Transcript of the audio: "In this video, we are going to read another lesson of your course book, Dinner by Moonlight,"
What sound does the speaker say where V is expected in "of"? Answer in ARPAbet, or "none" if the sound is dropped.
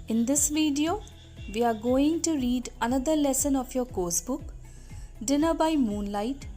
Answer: P